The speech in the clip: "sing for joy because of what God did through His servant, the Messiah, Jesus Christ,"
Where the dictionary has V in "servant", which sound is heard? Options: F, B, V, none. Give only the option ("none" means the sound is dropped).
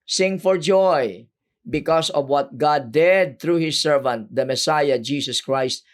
V